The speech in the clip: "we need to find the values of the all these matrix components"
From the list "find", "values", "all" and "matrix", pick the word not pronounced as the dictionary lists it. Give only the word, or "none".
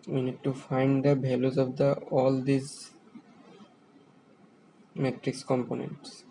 values